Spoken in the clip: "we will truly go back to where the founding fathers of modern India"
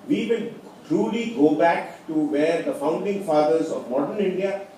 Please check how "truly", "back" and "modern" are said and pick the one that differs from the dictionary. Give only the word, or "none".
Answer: none